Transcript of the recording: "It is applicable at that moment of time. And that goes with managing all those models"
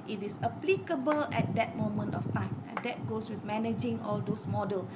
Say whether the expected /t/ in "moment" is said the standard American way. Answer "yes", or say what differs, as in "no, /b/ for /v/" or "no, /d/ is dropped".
yes